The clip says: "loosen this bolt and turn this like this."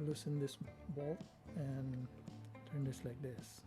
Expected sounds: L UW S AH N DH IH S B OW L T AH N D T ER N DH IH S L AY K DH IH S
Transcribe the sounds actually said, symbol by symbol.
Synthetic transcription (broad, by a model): L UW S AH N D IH S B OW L AH N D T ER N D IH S L AY K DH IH S